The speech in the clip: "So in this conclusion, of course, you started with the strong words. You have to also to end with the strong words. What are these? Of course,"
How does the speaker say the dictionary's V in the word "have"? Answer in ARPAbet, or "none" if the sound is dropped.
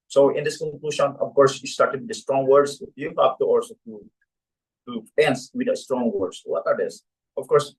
P